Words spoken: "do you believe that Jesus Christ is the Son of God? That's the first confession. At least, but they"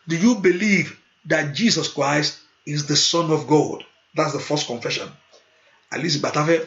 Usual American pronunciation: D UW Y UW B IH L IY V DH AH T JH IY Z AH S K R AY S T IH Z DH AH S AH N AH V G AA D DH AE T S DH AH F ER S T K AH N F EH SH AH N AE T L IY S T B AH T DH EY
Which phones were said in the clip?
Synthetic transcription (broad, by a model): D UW Y UW B IH L IY V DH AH T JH IY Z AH S K R AY S T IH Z DH AH S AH N AH V G AA D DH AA T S DH AH F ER S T K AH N F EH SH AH N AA L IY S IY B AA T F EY